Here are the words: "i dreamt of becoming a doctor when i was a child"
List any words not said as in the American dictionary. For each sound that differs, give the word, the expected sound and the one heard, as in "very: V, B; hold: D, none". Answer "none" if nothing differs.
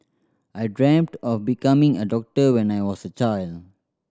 none